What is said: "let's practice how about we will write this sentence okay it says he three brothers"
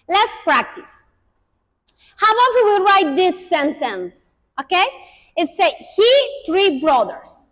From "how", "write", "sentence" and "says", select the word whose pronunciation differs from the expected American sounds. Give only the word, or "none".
says